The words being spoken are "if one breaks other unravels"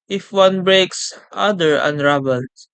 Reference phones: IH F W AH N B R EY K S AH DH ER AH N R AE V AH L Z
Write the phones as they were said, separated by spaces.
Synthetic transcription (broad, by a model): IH F W AH N B R EY K S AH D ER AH N R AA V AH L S